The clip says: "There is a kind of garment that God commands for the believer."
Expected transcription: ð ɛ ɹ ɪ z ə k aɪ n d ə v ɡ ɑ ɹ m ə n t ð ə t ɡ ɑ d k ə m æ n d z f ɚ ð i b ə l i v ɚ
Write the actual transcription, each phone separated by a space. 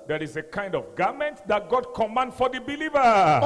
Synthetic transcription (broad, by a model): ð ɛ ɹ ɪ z ə k aɪ n d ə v ɡ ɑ m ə n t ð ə t ɡ ɑ d k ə m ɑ n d f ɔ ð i b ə l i v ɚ